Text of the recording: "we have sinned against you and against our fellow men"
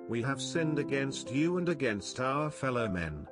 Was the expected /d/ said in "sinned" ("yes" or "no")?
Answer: yes